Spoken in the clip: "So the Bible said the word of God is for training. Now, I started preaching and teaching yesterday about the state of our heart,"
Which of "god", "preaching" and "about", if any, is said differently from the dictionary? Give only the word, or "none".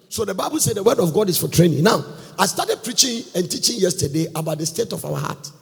none